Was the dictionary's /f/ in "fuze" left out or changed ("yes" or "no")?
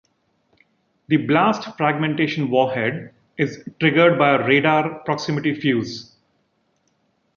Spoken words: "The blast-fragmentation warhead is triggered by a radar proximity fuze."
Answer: no